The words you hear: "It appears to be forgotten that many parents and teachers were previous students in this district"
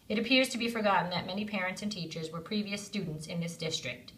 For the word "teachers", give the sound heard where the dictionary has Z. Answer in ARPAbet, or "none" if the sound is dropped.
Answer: Z